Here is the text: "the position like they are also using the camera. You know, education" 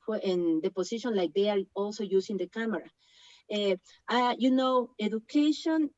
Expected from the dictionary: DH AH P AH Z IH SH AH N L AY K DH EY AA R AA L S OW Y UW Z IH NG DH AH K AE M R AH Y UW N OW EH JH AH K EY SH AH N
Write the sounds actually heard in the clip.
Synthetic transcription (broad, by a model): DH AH P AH S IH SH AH N L AY K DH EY AA R AA L S OW Y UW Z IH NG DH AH K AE M R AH Y UW N OW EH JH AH K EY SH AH N